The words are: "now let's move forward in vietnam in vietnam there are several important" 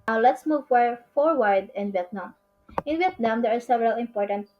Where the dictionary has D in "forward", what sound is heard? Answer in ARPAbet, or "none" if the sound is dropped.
D